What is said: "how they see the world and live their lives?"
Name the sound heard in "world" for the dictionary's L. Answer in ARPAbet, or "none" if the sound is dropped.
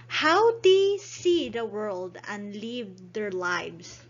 L